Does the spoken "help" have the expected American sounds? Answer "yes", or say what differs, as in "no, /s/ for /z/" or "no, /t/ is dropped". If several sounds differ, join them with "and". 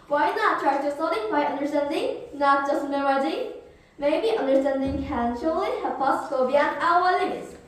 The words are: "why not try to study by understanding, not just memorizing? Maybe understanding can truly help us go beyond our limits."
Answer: no, /l/ is dropped